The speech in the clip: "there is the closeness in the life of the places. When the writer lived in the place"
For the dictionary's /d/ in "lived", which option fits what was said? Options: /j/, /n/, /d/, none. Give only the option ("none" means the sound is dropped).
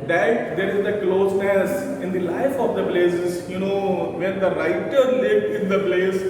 none